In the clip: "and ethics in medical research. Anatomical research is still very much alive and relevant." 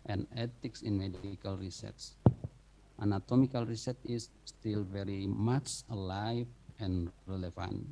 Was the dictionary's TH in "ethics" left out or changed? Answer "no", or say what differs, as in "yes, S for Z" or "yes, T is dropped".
yes, T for TH